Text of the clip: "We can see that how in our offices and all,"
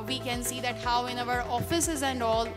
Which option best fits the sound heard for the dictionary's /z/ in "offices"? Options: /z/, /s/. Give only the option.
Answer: /z/